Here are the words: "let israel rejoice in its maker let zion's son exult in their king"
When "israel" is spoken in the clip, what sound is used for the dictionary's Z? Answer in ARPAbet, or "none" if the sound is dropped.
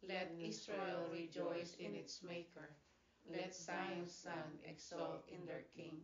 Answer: S